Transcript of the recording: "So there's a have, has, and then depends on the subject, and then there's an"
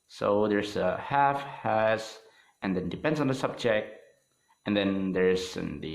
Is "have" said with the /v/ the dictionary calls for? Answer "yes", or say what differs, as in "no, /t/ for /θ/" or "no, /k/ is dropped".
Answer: no, /f/ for /v/